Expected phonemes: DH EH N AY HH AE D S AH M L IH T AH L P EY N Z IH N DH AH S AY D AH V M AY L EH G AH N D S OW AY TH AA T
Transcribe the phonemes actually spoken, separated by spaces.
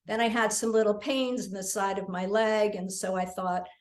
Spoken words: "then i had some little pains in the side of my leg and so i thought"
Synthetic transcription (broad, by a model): DH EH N AY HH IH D S AH M L IH T L P EY N Z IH N DH AH S AY D AH V M AY L EH G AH N S OW AY TH AA T